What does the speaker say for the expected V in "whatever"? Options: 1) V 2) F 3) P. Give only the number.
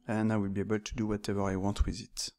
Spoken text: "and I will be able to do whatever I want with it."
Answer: 1